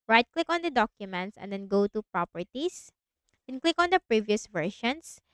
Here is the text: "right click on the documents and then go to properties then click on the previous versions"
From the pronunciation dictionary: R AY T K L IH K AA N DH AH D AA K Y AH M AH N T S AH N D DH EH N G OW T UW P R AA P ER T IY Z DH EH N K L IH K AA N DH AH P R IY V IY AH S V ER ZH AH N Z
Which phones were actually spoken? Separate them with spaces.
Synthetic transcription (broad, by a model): R AY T K L IH K AA N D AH D AA K Y AH M AH N T S AH N D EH N G OW T UW P R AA P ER T IY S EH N K L IH K AA N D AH P R IY V IY AH S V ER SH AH N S